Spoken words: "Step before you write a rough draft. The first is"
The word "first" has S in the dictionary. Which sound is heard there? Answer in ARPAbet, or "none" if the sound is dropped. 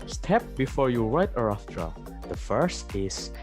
S